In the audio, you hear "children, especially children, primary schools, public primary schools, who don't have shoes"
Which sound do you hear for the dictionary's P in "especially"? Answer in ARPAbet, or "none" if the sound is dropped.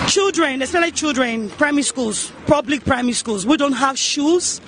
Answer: none